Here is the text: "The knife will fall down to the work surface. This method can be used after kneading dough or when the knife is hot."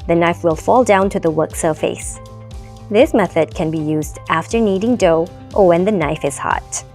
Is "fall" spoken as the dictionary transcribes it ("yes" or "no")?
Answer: yes